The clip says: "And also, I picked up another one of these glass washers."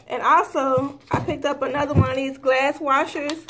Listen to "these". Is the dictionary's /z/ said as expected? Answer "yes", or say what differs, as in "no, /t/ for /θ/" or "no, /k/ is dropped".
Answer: yes